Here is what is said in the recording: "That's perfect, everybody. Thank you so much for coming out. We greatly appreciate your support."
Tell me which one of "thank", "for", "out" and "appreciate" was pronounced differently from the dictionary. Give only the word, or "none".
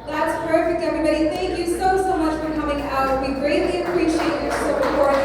none